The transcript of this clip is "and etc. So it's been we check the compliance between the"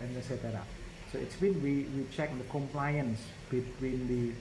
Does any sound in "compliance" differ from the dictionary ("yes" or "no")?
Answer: no